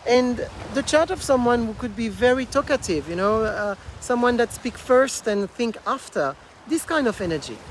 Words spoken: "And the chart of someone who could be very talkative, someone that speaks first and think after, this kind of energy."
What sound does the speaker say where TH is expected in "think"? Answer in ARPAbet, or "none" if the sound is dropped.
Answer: TH